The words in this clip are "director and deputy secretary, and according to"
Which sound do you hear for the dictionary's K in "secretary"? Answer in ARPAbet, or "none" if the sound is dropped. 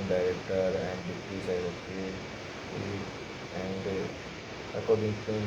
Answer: none